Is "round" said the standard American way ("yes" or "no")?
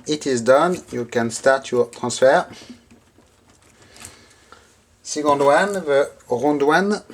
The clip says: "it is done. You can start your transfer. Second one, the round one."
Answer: no